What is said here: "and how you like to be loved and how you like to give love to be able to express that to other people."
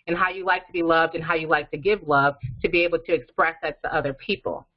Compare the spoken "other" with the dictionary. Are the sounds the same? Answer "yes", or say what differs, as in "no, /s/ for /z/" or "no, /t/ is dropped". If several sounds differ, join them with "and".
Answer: yes